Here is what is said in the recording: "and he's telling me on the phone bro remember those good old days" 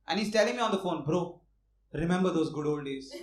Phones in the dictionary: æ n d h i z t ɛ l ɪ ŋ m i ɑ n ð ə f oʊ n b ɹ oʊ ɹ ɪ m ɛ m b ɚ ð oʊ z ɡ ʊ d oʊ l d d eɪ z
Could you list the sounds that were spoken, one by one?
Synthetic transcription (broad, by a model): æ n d h i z t ɛ l ɪ ŋ m i ɑ n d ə f oʊ n b ɹ oʊ ɹ ɪ m ɛ m b ɚ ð oʊ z ɡ ʊ d oʊ l d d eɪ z